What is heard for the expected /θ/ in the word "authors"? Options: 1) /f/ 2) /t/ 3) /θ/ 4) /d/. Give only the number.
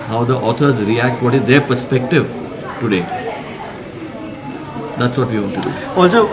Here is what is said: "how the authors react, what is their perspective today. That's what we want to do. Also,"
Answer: 2